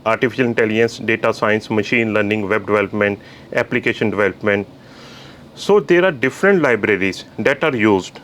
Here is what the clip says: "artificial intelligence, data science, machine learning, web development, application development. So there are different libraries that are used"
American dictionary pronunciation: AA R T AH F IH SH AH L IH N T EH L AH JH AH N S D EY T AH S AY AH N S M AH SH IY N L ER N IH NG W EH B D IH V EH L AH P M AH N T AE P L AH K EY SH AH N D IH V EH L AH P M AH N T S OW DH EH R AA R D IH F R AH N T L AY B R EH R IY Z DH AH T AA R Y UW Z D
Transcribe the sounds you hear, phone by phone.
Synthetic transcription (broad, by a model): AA R T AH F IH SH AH L IH N T EH L AH JH AH N S D EY T AH S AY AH N S M AH SH IY N L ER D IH NG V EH B D IH V EH L AH P M AH N T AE P L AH K EY SH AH N D IH V EH L AH P M AH N T S OW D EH R AA R D IH F R AH N T L AY B R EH R IY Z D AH T AA R Y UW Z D